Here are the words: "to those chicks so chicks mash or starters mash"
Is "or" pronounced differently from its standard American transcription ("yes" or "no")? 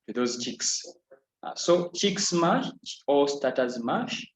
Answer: yes